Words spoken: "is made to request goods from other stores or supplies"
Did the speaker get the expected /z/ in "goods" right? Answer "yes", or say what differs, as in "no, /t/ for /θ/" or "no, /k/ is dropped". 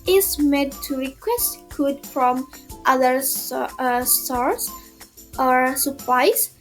no, /z/ is dropped